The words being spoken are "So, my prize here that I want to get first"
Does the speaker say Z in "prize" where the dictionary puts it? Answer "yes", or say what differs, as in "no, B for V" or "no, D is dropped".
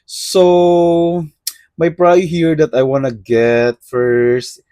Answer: no, Z is dropped